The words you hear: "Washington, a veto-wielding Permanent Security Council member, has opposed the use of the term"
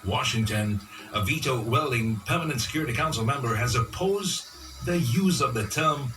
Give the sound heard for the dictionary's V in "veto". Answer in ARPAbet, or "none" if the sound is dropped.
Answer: V